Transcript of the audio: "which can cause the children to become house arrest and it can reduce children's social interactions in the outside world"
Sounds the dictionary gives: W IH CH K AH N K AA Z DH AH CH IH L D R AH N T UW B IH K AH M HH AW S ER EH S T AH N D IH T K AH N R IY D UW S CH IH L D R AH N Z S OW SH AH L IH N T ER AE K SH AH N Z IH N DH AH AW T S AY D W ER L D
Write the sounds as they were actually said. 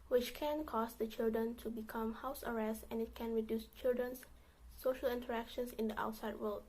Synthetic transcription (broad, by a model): W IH CH K AH N K AA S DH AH CH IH L D R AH N T UW B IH K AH M HH AW S ER EH S T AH N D IH T K AH N R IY D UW S CH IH L D R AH N S OW SH AH L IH N T ER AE K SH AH N S IH N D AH AW T S AY D W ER L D